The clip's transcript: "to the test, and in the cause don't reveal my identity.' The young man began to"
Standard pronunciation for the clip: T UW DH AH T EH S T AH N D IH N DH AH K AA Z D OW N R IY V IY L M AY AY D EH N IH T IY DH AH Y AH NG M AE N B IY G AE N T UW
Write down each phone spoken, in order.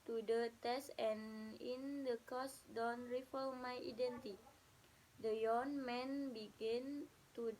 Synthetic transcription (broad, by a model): T UW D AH T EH S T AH N IH N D AH K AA S D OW N R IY F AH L M AY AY D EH N T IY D AH Y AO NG M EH N B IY G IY N T UW